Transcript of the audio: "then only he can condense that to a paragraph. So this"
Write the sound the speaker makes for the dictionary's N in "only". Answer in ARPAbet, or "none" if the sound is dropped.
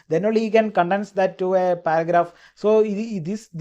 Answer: none